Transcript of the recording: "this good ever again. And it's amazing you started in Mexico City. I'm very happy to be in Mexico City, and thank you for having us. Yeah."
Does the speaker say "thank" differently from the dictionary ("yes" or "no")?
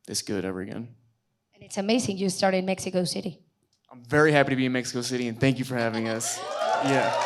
no